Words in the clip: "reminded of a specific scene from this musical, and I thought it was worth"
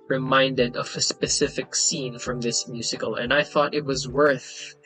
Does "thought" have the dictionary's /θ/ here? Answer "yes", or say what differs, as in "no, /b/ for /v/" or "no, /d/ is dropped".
yes